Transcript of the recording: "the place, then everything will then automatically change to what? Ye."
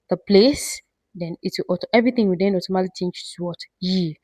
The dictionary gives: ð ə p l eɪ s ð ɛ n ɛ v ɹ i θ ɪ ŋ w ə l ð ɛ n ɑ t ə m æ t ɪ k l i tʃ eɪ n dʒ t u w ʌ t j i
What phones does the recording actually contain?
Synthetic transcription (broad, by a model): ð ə p l eɪ s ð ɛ n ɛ v ɹ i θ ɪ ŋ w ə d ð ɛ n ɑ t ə m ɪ l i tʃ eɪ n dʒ t u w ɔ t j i